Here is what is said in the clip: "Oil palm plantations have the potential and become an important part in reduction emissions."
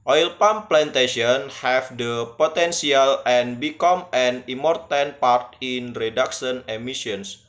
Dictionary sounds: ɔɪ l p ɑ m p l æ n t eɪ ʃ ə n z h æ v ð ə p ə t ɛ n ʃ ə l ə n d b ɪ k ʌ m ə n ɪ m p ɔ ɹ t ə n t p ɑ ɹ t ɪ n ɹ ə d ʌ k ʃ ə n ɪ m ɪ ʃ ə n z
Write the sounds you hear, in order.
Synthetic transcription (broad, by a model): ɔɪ l p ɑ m p l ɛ n t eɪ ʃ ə n h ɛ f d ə p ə t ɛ n s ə l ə n b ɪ k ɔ m ə n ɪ m p ɔ ɹ t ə n p ɑ ɹ t ɪ n ɹ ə d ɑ k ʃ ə n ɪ m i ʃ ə n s